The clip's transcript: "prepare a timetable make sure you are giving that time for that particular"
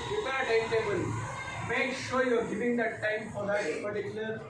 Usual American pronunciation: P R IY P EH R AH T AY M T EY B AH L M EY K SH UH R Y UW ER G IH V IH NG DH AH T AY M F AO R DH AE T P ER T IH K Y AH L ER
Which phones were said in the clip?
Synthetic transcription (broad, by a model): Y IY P AH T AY T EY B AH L M EY K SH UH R Y UW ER G IH V IH NG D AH T AY M F AO R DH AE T P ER T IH K Y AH L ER